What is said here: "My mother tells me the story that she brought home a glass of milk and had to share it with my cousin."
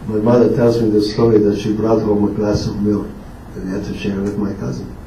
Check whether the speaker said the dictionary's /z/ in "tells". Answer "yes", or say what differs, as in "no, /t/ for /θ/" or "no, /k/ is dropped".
yes